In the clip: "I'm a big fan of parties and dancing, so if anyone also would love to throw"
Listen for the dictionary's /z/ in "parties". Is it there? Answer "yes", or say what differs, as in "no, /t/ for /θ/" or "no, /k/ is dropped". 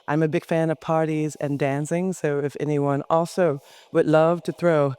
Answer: yes